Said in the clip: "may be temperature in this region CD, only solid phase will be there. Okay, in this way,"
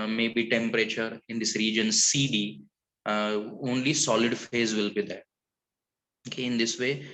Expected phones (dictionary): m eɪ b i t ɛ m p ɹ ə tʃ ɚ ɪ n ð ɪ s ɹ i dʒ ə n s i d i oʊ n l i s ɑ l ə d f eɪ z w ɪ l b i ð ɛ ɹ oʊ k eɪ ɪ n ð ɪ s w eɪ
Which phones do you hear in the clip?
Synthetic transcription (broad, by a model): m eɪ b i t ɛ m p ɹ ə tʃ ɚ ɪ n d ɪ s ɹ i dʒ ə n s i d i oʊ n l i s ɑ l ə d f eɪ z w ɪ l b i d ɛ ɹ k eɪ ɪ n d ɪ s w eɪ